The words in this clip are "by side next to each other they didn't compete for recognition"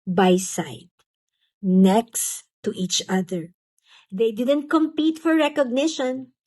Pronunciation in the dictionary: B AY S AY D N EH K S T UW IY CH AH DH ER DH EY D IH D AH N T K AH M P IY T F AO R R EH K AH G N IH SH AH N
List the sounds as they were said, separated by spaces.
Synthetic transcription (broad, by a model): B AY S AY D N EH K S T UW IY CH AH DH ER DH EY D IH D AH N T K AH M P IY T F AO R R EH K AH G N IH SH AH N